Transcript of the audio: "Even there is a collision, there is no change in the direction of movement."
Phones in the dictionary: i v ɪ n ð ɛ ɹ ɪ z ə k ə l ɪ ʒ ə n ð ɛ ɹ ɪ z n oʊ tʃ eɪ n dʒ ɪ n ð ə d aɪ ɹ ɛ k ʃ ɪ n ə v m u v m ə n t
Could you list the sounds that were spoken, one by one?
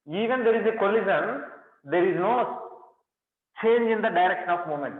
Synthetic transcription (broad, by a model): i v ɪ n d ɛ ɹ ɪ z ə k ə l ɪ z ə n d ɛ ɹ ɪ z n oʊ tʃ eɪ n dʒ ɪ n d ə d aɪ ɹ ɛ k ʃ ɪ n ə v m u m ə n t